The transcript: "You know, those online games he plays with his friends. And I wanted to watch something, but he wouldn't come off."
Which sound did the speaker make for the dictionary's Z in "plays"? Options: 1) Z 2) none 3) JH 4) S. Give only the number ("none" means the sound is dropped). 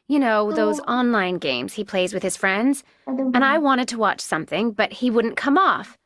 1